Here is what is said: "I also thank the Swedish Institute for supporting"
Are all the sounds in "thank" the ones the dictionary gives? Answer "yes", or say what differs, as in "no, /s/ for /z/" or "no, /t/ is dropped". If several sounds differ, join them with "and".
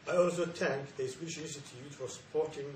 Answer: no, /t/ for /θ/